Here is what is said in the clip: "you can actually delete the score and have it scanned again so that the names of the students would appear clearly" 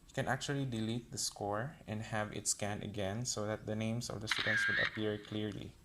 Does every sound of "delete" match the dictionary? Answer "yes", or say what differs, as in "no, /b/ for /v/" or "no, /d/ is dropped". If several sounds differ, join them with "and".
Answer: yes